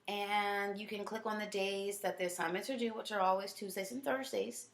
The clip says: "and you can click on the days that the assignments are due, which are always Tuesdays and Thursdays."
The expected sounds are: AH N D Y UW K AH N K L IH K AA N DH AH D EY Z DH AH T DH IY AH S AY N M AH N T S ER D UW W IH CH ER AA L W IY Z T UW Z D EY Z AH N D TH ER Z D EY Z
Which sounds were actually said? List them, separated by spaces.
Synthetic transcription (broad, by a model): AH N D Y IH K AH N K L IH K N DH AH D EY Z DH AH T DH IY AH S AY M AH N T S ER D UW W IH CH ER AA L W IY Z T UW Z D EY AH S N TH ER Z D EY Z